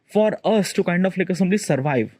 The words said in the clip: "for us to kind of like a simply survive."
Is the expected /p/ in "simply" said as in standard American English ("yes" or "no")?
no